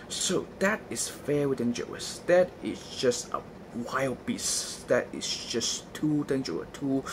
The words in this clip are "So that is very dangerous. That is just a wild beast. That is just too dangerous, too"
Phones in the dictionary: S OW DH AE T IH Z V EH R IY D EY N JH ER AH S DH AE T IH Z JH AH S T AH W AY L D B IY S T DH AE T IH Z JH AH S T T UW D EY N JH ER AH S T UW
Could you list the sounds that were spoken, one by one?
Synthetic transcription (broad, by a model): S OW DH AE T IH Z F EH W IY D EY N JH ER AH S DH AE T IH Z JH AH S T AH W AY L D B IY S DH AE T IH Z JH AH S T T UW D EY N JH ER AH T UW